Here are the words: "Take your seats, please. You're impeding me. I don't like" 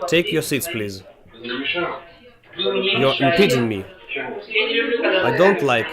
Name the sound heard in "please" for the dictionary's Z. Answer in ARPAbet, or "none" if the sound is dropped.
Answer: Z